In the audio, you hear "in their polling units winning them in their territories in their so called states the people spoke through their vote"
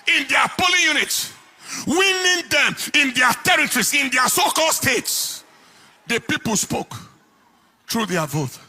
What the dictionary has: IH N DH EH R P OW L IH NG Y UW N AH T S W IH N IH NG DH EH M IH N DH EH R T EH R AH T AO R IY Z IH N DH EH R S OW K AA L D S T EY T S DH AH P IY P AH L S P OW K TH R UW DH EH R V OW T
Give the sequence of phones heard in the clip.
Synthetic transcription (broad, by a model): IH N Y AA P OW L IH Y UW N AH T S W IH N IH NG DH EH M IH N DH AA T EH R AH T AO R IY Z IH N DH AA S OW K AA L D S T EY T S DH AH P IY P AH L S P OW K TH R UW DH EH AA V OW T